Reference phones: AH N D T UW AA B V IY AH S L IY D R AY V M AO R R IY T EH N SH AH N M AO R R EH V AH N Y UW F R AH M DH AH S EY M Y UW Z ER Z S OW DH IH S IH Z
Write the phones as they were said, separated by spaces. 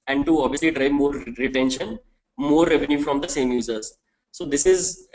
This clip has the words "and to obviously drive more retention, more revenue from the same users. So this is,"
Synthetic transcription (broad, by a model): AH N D T UW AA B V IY AH S L IY D R AY V M AO R R IY T EH N SH AH N M AO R R EH V AH N Y UW F R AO M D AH S EY M Y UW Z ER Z S OW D IH S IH Z